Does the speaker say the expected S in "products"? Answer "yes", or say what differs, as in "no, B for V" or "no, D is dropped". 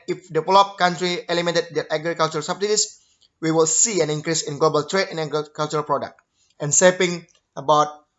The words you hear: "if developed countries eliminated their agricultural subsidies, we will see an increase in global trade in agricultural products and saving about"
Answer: no, S is dropped